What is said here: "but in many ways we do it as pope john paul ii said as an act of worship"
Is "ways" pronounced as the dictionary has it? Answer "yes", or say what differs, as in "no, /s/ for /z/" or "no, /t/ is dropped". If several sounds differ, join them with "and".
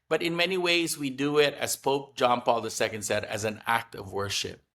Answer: yes